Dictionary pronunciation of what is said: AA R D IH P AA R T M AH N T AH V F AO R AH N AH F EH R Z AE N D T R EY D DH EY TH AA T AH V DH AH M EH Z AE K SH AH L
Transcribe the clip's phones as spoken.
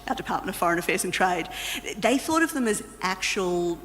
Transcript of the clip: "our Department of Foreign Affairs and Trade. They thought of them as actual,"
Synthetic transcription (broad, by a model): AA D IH P AA R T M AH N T AH V F AO R AH N AH F EH R Z N T R EY D DH EY TH AA T AH V DH AH M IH Z AE K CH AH L